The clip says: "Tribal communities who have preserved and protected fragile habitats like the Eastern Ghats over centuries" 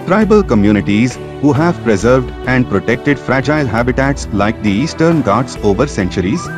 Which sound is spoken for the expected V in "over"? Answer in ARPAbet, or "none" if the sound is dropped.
V